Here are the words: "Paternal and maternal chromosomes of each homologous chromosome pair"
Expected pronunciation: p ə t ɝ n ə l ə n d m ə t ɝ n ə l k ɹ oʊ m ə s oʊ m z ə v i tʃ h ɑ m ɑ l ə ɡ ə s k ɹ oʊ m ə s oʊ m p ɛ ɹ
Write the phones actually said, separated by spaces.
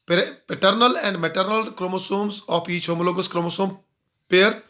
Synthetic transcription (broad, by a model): p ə t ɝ n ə l ə n d m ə t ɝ n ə l k ɹ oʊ m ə s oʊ m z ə p i tʃ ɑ m l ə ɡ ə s k ɹ oʊ m ə s oʊ m p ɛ ɹ